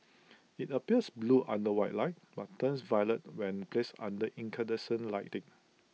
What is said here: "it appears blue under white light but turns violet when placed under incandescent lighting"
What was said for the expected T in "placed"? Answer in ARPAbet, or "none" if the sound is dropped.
none